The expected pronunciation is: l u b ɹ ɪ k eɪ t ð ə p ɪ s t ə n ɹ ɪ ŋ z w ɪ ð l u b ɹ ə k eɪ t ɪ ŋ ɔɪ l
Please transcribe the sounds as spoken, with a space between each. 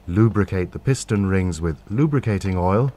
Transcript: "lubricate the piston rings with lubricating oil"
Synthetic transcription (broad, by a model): l u b ɹ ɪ k eɪ t ð ə p ɪ s t ə n ɹ ɪ ŋ z w ɪ ð l u b ɹ ə k eɪ t ɪ ŋ ɔɪ l